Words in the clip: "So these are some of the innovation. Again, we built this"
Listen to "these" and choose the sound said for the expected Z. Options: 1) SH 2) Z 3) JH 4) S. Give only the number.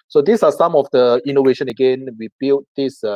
4